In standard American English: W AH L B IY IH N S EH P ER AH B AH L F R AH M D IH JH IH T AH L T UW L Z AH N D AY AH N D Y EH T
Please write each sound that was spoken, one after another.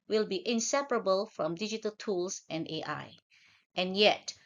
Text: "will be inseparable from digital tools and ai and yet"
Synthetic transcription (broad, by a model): W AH L B IY IH N S EH P ER AH B AH L F R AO M D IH JH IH T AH L T UW L S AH N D AY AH N Y EH T